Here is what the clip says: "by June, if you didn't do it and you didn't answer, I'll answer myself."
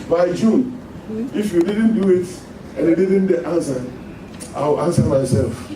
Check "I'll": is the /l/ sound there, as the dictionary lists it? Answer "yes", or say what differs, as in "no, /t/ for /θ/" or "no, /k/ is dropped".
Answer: no, /w/ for /l/